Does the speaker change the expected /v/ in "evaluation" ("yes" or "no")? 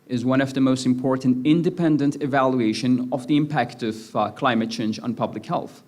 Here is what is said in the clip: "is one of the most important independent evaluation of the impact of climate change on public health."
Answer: no